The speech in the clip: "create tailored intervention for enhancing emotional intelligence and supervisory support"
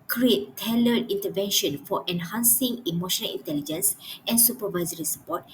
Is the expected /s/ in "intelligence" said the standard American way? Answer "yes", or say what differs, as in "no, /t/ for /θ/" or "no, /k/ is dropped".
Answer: yes